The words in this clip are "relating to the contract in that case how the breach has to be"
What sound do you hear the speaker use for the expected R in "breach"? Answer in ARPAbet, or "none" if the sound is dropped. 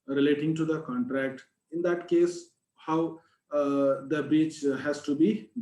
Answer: none